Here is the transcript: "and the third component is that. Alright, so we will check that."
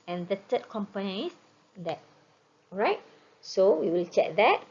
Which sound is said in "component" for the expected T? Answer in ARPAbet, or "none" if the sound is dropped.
none